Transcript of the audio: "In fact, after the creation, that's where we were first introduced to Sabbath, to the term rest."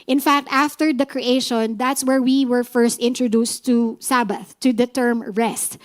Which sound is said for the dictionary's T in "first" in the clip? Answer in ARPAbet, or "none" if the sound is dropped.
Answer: T